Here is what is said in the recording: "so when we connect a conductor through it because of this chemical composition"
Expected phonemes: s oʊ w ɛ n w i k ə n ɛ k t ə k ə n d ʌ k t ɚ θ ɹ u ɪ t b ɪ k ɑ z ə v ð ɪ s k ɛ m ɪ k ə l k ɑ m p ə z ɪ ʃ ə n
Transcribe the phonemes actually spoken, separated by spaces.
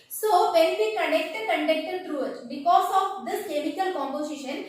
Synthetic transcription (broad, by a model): s oʊ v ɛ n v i k ə n ɛ k t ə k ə n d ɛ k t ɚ t ɹ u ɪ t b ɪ k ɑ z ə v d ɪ s k ɛ m ɪ k ə l k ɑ m p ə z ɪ ʃ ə n